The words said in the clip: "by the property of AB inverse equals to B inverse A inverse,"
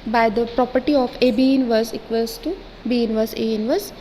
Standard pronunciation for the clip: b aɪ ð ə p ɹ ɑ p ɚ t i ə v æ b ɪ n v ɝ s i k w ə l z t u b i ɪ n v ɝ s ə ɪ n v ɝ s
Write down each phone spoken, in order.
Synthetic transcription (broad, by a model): b aɪ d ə p ɹ ɑ p ɚ t i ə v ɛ b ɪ n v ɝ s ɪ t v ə z t u b i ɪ n v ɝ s ə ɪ n v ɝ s